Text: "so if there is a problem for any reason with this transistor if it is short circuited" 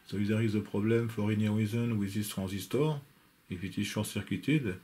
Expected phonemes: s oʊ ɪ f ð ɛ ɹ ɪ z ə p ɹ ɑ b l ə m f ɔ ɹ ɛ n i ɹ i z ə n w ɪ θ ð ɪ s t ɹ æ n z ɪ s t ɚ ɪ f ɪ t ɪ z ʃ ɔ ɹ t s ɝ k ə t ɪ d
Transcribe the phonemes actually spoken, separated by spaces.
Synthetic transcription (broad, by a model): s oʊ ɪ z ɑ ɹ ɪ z ə p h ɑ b l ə m f ɔ ɹ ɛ n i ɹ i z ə n w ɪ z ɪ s t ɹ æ z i s t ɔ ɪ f ɪ t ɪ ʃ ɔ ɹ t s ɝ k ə t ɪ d